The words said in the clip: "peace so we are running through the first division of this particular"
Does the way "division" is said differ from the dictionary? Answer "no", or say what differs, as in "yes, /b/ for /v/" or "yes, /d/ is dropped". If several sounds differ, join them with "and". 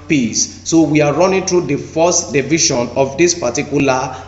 yes, /ʃ/ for /ʒ/